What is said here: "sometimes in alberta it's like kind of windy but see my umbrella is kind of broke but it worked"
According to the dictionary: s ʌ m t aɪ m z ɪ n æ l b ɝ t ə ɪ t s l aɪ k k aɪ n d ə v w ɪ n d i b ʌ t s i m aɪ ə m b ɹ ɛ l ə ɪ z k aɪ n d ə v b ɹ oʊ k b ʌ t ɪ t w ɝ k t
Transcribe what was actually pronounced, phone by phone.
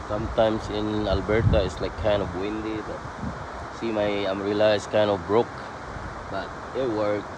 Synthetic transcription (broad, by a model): s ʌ m t aɪ m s ɪ n æ l b ɝ t ə ɪ t s l aɪ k k aɪ n d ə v w ɪ n d i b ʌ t s i m aɪ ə m ɹ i l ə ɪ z k aɪ n d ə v b ɹ oʊ k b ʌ t ɪ t w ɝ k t